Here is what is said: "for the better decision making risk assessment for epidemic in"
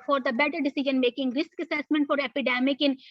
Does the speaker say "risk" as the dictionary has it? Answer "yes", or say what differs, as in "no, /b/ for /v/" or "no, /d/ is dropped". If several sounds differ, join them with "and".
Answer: yes